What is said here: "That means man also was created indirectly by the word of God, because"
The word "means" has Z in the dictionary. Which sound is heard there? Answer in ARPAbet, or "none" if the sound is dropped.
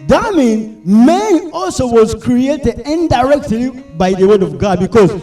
none